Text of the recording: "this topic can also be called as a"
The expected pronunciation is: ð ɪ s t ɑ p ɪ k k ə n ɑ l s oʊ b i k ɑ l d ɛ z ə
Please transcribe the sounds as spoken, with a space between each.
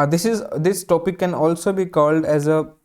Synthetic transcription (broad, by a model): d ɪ s t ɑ p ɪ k k ə n ɑ l s oʊ b i k ɑ l d ɛ z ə